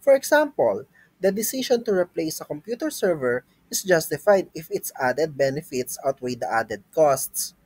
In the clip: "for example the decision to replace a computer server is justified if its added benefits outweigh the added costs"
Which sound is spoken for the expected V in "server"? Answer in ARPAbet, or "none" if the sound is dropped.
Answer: V